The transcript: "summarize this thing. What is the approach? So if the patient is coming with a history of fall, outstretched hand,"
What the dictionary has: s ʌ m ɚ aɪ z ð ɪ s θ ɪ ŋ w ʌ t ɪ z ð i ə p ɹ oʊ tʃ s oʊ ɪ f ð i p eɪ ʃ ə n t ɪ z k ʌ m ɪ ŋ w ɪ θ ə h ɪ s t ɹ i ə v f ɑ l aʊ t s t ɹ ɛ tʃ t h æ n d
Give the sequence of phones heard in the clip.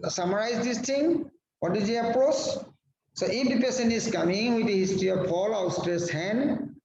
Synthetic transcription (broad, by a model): s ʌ m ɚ aɪ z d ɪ s t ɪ ŋ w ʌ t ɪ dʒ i ə p ɹ oʊ tʃ s oʊ ɪ f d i p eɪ s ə n ɪ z k ʌ m ɪ ŋ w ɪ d ə h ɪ s t ɹ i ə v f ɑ l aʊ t s t ɹ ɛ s h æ n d